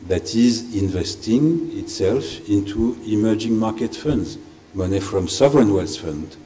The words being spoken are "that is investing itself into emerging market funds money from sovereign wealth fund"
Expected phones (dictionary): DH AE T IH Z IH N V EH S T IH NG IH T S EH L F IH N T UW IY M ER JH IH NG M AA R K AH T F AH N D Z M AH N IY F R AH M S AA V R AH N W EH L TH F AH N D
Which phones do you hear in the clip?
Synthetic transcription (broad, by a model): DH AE T IH Z IH N V EH S T IH NG IH T S EH L F IH N T UW IY M ER JH IH NG M AA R K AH T F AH N D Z M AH N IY F R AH M S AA V R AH N W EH L S F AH N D